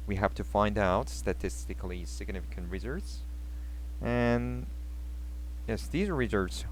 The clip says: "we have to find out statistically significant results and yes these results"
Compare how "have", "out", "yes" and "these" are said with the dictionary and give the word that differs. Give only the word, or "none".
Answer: have